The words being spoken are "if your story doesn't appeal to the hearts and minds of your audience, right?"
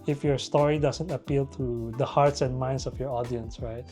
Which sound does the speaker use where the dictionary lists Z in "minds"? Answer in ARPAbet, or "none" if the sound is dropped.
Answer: S